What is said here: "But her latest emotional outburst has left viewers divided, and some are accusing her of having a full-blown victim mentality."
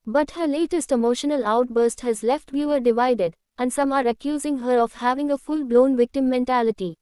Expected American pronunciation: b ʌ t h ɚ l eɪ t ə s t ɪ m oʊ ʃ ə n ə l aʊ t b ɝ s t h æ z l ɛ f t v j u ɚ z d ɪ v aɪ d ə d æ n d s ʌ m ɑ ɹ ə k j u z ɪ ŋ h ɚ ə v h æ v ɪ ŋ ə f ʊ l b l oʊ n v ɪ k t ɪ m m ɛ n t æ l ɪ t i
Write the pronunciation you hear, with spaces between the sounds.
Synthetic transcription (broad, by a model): b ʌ t h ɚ l eɪ t ə s t ɪ m oʊ ʃ ə n ə l aʊ t b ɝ s t h æ z l ɛ f t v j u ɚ d ɪ v aɪ d ə d æ n d s ʌ m ɑ ɹ ə k j u z ɪ ŋ h ɚ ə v h æ v ɪ ŋ ə f ʊ l b l oʊ n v ɪ k t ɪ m m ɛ n t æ l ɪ t i